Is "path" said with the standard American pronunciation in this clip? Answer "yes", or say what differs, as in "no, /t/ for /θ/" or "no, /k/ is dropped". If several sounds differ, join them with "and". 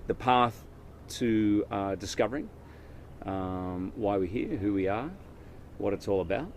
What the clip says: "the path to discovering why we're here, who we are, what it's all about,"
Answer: yes